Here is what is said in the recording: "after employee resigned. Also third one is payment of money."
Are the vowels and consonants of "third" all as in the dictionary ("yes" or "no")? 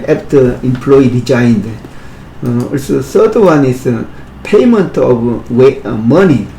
no